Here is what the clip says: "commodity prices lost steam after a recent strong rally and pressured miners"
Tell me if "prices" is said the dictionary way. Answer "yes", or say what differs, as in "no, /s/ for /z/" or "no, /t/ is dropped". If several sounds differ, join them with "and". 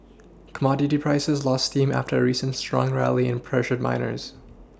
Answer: yes